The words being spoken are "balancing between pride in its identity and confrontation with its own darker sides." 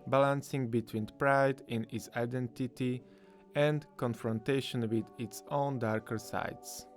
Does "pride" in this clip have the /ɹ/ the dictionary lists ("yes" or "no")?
yes